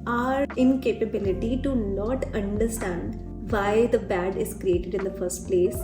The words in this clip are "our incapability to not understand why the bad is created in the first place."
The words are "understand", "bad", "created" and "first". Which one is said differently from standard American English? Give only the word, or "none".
none